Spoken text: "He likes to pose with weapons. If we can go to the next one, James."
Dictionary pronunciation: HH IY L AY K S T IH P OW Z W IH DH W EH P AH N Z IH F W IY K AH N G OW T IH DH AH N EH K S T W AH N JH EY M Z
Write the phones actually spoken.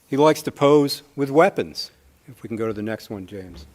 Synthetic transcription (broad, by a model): HH IY L AY K S T IH P OW Z W IH DH W EH P AH N Z IH F W IY K N G OW T IH DH AH N EH K S T W AH N JH EY M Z